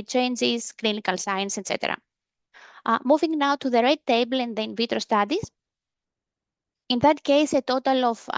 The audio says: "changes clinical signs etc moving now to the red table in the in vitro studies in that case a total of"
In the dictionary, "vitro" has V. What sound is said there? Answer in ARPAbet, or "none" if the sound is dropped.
V